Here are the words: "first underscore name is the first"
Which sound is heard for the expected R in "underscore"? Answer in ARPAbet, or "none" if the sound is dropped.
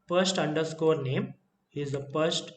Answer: R